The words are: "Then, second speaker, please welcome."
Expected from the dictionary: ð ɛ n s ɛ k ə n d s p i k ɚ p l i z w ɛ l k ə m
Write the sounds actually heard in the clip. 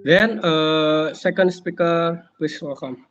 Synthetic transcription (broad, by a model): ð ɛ n s ɛ k ə n d s p i k ɚ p i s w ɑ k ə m